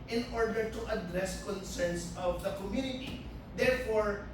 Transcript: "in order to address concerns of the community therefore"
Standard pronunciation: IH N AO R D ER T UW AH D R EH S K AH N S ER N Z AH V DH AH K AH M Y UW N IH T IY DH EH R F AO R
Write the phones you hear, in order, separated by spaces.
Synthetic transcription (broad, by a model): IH N AO R D ER T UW AH D R EH S K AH N S ER N S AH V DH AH K AH M Y UW N IH T IY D EH R F AO R